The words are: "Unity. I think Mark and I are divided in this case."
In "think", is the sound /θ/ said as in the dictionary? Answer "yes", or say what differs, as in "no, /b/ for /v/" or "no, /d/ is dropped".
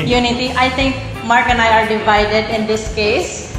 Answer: no, /t/ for /θ/